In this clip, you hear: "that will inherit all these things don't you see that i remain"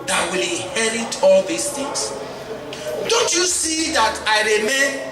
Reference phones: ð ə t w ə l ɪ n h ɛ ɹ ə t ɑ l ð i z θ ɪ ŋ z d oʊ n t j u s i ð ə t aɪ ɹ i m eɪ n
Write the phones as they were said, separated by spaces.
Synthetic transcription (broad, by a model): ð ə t w ə l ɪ h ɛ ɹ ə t ɑ l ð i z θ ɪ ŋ s d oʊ n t j u s i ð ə t aɪ ɹ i m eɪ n